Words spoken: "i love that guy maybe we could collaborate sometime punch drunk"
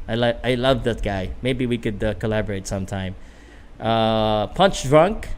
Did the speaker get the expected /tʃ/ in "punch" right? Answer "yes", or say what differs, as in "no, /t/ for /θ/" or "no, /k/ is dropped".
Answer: yes